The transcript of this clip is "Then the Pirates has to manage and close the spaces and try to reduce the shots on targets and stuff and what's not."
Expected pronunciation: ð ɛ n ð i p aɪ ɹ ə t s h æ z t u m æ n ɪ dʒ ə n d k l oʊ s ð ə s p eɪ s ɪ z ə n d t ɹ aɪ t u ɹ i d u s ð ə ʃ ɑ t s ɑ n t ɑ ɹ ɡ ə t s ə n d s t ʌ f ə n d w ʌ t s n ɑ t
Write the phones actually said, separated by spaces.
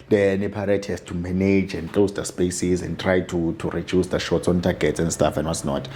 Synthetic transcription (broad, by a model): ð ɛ n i p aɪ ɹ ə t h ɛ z t u m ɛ n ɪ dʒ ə n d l oʊ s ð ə s p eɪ s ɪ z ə n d t ɹ aɪ t u ɹ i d u s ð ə ʃ ɑ t s ɑ n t ɑ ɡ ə t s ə n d s t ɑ f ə n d w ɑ t s n ɑ t